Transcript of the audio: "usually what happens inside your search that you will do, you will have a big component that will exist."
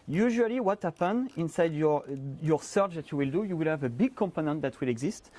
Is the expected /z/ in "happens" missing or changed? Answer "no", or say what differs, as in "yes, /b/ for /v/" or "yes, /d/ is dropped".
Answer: yes, /z/ is dropped